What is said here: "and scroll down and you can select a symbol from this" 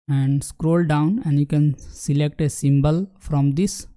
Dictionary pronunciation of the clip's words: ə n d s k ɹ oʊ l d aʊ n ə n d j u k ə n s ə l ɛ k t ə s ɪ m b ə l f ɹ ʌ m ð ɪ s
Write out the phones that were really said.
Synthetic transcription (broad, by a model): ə n d s k ɹ oʊ l d aʊ n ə n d j u k ə n s ə l ɛ k t ə s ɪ m b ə l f ɹ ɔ m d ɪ s